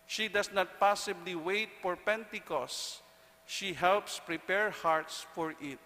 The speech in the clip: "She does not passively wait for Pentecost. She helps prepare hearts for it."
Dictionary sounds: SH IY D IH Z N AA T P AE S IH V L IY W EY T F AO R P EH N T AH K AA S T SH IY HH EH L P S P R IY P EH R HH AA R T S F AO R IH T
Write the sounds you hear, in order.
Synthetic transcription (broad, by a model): SH IY D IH S N AA T P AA S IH B L IY W EY T F AO R P EH N T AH K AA S SH IY HH EH L P S P R IY P EH R HH AA R T S F AO R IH T